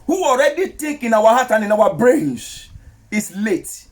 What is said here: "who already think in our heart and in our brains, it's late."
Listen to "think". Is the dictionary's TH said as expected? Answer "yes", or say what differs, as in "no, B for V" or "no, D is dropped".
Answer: no, T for TH